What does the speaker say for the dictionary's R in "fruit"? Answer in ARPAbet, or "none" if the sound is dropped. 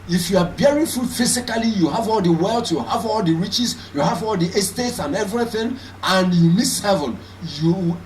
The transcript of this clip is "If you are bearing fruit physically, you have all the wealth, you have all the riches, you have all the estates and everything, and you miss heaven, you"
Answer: none